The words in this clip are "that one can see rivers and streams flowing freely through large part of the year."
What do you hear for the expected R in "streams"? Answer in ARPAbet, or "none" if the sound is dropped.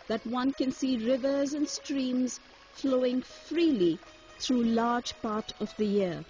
R